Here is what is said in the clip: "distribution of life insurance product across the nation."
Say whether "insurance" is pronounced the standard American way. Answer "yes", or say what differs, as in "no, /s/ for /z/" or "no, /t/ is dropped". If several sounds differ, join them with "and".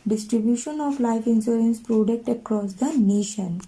no, /s/ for /ʃ/